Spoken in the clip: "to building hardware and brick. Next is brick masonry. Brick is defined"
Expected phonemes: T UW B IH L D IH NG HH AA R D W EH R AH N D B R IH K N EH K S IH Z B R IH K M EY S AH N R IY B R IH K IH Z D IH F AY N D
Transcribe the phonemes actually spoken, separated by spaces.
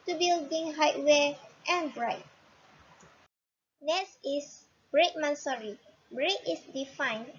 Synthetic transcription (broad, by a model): T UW B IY L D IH NG HH AA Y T W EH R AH N B R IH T N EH S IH S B R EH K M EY S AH R IY B R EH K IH S D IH F AY N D